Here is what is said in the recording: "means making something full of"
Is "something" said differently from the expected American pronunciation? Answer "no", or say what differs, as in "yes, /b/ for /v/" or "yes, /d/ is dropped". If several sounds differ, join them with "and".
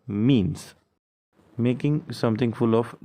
yes, /t/ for /θ/